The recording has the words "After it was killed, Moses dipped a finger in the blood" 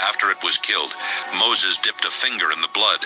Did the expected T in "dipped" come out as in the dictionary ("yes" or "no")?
yes